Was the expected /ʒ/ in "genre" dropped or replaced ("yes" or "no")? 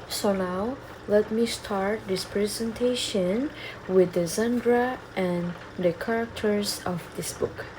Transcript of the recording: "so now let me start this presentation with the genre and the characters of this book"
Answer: yes